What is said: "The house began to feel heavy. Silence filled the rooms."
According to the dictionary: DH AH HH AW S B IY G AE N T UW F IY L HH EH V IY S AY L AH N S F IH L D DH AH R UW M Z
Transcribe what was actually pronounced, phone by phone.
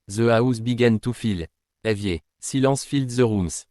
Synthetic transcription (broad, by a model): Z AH AW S B IY G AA N T UW F IY L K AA V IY S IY L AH S F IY L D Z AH R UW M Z